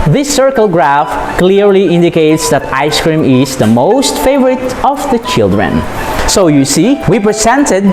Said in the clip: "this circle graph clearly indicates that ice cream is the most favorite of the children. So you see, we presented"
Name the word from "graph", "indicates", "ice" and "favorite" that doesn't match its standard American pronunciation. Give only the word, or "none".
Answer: none